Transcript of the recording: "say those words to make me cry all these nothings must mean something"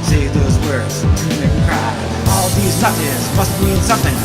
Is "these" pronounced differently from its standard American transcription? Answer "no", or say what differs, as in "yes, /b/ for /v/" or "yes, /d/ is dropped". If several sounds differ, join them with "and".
no